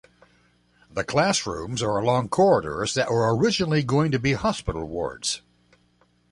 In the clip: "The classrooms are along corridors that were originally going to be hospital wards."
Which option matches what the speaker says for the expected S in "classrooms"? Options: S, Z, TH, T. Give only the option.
S